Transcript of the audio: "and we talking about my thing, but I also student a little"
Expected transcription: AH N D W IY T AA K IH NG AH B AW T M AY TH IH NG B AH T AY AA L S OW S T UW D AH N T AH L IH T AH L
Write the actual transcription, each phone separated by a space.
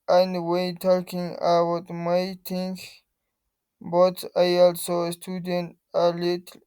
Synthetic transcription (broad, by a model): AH N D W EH T AA K IH NG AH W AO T M AY T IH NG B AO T AY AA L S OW S T UW D AH N T AH L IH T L